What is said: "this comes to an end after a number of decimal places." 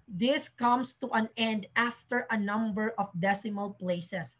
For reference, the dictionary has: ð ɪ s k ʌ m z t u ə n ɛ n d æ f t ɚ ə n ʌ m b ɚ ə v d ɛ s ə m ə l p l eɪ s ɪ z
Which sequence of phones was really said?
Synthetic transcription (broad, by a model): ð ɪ s k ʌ m s t u ə n ɛ n d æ f t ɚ ə n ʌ m b ɚ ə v d ɛ s ə m ə l p l eɪ s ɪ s